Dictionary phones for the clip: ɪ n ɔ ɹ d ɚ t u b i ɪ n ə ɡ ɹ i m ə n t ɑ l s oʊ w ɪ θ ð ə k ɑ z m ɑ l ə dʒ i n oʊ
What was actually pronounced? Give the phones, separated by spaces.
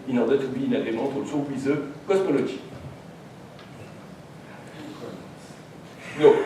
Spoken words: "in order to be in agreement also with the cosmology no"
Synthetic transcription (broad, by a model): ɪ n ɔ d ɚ t u b i ɪ n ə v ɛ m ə t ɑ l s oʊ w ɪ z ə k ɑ s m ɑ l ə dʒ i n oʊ